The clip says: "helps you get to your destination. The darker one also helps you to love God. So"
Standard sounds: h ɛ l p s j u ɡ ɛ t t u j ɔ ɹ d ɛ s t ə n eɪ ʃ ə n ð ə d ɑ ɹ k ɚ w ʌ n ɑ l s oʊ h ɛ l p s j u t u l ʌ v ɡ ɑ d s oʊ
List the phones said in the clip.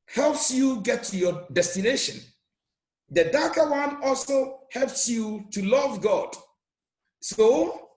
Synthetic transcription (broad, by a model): h ɛ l p s j u ɡ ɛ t t u j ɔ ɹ d ɛ s t ə n eɪ ʃ ə n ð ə d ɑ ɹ k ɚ w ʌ n ɑ l s oʊ h ɛ l p s j u t u l ʌ v ɡ ɑ d s oʊ